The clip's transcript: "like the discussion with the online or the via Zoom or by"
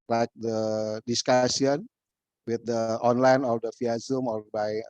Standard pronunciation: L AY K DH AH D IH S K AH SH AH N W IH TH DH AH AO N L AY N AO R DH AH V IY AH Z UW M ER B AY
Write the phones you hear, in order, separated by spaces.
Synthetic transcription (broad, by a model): L AY K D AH D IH S K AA S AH N W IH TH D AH AO N L AY N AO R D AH F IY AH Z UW M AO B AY